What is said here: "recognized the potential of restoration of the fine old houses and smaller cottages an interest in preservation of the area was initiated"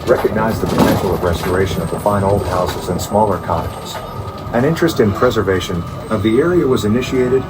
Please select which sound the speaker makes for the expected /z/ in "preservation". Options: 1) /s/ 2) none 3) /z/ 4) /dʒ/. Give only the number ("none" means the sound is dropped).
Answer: 3